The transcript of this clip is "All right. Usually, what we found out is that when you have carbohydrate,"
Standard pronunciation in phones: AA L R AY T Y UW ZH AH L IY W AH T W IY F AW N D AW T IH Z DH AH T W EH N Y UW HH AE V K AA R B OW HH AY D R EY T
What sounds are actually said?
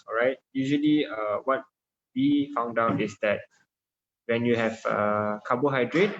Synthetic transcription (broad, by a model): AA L R AY T Y UW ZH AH L IY W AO T W IY F AW N D AW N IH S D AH T W EH N Y UW HH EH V K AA B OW HH AY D R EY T